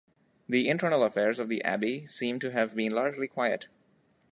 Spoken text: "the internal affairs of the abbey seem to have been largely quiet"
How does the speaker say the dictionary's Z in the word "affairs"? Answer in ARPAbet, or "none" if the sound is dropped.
Z